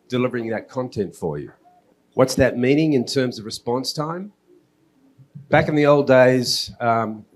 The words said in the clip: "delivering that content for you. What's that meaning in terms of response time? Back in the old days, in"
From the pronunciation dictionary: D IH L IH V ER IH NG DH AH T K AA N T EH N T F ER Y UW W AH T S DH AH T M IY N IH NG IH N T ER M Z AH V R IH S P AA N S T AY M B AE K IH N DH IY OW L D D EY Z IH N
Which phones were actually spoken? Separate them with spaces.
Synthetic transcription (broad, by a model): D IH L IH V ER IH NG DH AH T K AA N T EH N T F ER Y UW W AH T S DH AH T M IY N IH NG IH N T ER M Z AH V R IH S P AA N S T AY M B AE K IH N DH IY OW L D D EY IH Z